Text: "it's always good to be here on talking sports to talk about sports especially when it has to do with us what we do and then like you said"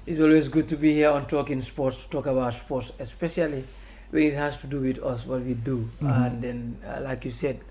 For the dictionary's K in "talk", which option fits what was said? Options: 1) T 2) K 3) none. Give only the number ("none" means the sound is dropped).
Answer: 2